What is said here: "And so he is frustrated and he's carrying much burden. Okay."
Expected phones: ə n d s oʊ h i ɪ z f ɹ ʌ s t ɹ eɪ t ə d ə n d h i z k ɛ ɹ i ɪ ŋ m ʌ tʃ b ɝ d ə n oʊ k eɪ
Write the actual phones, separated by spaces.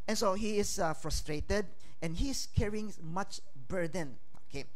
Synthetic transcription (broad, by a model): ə n s oʊ h i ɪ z f ɹ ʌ s t ɹ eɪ t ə d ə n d h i s k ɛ ɹ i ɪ ŋ m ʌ tʃ b ɝ d ə n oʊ k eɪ